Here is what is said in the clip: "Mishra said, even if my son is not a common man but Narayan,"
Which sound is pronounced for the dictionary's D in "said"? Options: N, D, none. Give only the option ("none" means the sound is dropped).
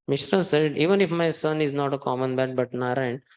D